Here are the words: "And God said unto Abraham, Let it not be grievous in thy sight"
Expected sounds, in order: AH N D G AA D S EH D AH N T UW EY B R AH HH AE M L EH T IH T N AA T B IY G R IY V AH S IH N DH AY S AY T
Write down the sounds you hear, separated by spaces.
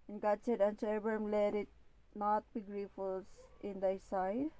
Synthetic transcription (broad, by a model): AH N G AA D S EH D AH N S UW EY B AH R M L EH T IH T N AA T B IY G R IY F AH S IH N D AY S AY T